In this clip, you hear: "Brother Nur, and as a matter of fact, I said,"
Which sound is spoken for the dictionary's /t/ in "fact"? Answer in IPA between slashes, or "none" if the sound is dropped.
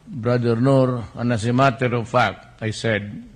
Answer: none